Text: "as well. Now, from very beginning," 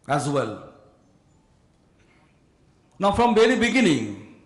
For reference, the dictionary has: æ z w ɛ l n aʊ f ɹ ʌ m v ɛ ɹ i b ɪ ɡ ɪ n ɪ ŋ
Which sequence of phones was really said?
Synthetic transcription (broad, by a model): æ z w ɛ l n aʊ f ɹ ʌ m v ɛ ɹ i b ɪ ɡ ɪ n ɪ ŋ